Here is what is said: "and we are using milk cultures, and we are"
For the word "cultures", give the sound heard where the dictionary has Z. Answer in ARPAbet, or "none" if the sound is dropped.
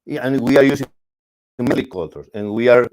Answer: S